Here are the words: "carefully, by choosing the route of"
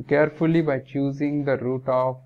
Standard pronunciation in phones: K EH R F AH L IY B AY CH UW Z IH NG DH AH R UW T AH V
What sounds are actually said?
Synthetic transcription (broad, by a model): K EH R F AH L IY B AY CH UW Z IH NG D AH R UW T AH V